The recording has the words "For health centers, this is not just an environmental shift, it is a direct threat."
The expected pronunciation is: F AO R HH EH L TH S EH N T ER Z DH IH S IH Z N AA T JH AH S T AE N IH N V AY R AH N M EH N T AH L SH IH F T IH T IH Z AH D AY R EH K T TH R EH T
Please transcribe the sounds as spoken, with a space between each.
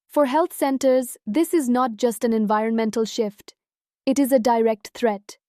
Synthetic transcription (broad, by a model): F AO R HH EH L T S EH N T ER Z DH IH S IH Z N AA T JH AH S T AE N IH N V AY R AH N M EH N T AH L SH IH F T IH T IH Z AH D AY R EH K T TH R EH T